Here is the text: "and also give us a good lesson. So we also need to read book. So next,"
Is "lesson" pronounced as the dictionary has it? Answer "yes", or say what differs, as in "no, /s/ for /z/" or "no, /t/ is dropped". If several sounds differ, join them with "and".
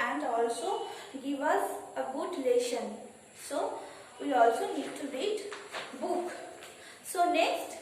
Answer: no, /ʃ/ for /s/